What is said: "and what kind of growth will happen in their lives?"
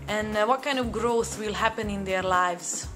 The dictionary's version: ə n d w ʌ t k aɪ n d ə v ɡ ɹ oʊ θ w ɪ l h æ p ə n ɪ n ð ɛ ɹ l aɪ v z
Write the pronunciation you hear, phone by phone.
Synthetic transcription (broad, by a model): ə n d w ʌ t k aɪ n d ə v ɡ ɹ oʊ θ w ɪ l h æ p ə n ɪ n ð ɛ ɹ l aɪ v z